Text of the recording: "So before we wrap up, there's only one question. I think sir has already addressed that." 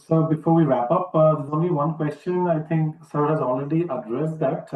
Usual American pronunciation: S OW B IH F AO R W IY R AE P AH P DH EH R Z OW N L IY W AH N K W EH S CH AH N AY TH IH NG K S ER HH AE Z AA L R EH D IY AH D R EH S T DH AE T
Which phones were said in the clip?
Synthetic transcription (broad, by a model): S OW B IH F AO R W IY R AE P AH P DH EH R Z OW N L IY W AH N K W EH S CH AH N AY T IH NG K S ER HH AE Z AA L R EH D IY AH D R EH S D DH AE T